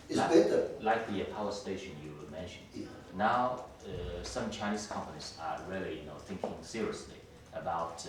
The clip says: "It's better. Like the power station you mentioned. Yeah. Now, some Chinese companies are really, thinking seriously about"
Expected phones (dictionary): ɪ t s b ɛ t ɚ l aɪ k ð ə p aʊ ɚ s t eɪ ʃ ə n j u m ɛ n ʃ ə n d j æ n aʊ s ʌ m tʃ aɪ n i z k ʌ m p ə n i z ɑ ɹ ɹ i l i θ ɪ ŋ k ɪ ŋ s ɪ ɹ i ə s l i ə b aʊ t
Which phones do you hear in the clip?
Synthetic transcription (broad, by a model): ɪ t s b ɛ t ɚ l aɪ k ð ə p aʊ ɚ s t eɪ ʃ ə n j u m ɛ n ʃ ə n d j n aʊ s ʌ m tʃ aɪ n i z k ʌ m p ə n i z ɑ ɹ l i n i θ ɪ ŋ k ɪ ŋ s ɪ ɹ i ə s l i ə b aʊ t